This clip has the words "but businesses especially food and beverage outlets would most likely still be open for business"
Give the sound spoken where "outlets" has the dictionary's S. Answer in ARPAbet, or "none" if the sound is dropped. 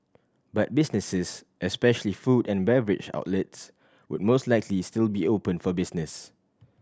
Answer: S